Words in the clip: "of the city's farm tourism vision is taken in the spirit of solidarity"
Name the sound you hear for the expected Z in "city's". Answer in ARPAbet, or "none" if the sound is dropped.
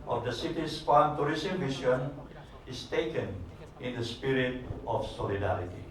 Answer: S